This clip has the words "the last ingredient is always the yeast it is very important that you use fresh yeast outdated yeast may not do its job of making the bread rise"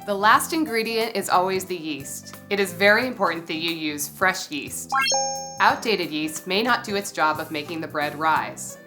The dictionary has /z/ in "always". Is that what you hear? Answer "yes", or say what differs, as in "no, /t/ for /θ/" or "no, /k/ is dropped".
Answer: yes